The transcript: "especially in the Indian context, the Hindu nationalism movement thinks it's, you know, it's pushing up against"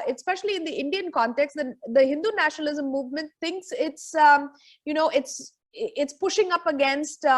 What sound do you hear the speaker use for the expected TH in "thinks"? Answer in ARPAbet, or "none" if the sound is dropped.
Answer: T